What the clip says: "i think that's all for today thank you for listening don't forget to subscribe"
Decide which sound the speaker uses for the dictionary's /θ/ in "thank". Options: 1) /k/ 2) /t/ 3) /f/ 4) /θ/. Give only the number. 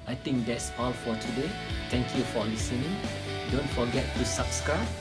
2